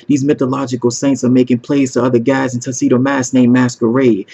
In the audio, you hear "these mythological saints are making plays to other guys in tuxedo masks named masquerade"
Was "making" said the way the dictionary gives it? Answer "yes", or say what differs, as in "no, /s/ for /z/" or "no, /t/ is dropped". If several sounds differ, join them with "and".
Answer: yes